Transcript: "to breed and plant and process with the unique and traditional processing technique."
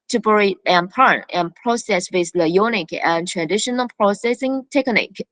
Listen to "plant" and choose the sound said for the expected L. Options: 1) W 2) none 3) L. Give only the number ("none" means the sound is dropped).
2